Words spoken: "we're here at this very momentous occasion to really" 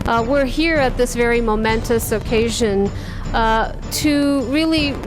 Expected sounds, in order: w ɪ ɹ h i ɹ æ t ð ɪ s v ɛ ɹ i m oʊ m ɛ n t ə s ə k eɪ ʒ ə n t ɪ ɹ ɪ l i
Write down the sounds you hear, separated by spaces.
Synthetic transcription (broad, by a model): w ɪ ɹ h i ɹ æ t ð ɪ s v ɛ ɹ i m oʊ m ɛ n t ə s ə k eɪ ʒ ə n t ɪ ɹ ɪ l i